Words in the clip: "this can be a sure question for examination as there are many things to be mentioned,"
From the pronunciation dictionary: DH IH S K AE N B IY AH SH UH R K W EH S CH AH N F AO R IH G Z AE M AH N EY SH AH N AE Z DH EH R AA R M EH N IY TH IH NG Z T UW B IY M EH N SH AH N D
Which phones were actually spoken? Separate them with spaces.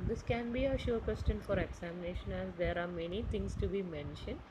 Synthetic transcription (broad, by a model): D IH S K AE N B IY AH SH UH R K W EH S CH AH N F AO R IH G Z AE M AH N EY SH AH N AE Z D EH R AA R M EH N IY T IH NG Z T UW B IY M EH N SH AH N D